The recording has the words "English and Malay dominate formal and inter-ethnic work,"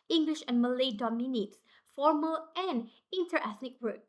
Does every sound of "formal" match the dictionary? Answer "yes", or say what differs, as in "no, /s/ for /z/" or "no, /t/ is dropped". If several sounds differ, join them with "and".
yes